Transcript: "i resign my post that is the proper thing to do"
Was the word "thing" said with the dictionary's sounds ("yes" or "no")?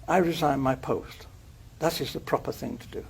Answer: yes